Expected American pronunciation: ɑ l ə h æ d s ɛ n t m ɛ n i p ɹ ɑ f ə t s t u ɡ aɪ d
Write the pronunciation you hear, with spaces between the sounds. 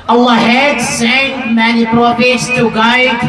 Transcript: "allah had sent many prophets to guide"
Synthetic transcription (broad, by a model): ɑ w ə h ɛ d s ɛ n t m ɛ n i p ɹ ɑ p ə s t u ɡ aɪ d